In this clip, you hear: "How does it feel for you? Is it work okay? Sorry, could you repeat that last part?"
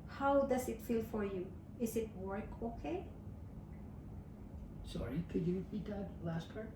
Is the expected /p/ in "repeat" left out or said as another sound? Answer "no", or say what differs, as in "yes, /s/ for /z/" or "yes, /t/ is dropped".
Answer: yes, /b/ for /p/